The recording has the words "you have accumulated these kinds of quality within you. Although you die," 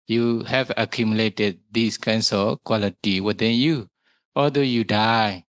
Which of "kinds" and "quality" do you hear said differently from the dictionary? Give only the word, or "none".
kinds